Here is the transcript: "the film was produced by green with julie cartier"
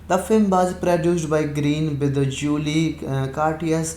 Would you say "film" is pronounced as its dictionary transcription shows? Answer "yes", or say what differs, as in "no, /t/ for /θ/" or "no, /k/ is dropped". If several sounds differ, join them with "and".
yes